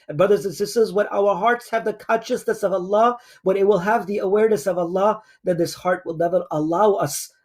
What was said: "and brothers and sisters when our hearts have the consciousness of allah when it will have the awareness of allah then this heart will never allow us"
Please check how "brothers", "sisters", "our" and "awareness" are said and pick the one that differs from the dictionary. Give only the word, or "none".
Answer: none